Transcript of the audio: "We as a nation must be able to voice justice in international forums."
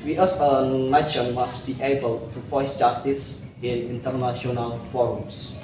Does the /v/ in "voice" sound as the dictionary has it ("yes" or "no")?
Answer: no